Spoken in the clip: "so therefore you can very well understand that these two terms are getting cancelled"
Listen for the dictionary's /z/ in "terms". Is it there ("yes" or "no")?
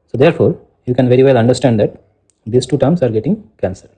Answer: no